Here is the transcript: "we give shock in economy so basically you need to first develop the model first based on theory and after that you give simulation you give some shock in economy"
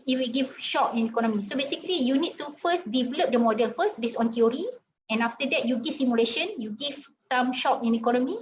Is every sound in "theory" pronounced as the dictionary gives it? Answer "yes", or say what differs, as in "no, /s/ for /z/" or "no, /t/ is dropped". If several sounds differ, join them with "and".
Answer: no, /t/ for /θ/